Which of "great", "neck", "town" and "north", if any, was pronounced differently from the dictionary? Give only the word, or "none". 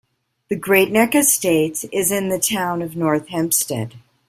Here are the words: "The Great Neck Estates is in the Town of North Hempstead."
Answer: none